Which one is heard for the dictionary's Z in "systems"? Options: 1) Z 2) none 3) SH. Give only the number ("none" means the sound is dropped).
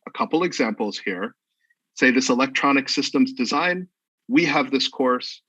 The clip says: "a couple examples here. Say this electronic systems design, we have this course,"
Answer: 1